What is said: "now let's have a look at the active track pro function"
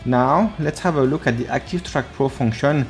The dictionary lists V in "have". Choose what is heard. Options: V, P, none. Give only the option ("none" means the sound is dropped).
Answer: V